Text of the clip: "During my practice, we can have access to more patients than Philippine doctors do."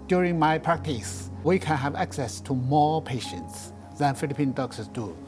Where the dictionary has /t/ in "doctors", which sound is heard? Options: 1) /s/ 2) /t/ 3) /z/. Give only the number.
1